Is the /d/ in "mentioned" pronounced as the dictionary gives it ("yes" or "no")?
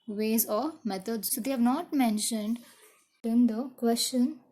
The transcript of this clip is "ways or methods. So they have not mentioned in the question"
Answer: yes